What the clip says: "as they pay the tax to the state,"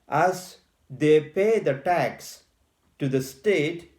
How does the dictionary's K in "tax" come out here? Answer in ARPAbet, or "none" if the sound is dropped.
K